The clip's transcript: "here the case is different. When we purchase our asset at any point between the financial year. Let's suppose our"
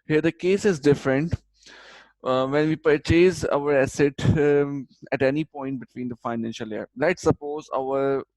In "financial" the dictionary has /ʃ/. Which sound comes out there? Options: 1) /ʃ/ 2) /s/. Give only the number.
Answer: 1